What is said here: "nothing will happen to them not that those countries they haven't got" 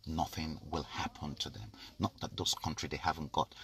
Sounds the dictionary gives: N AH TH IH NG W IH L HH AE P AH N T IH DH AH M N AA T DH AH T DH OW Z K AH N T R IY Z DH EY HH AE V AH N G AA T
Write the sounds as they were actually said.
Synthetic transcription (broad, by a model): N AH TH IH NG W IH L HH AE P AH N T IH DH AH M N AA T DH AH T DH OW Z K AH N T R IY DH EY HH AE V AH N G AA T